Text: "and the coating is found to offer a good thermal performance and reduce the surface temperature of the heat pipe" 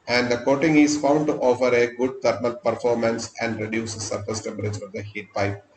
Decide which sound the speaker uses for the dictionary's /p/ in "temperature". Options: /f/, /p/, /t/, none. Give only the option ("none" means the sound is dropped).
none